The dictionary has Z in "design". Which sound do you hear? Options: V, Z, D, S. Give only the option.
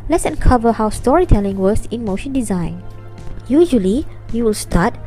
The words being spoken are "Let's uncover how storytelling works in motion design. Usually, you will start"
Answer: Z